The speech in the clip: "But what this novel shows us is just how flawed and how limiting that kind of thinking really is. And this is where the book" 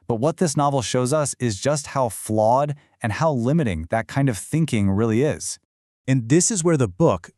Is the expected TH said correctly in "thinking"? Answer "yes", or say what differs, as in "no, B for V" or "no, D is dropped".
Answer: yes